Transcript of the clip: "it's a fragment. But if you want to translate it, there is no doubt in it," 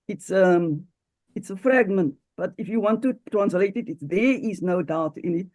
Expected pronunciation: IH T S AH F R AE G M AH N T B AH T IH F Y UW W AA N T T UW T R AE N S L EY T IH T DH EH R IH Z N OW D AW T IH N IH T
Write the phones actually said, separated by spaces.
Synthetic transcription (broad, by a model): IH T S AH F R AE G M AH N T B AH T IH F Y UW W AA N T T UW T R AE N S L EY T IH T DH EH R IH Z N OW D AW T IH N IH T